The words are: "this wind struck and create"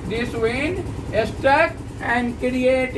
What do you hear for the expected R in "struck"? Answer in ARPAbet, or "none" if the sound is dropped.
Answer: none